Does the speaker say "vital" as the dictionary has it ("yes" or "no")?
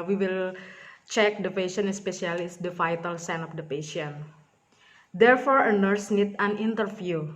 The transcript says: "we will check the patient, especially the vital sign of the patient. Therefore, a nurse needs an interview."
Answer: no